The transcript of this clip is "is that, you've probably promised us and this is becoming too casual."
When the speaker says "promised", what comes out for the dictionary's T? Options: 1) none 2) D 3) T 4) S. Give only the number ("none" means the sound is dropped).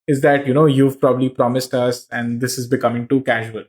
3